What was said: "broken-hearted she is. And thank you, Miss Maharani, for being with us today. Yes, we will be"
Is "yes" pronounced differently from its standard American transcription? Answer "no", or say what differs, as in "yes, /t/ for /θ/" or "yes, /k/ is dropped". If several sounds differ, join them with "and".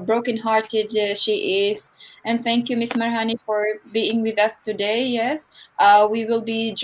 no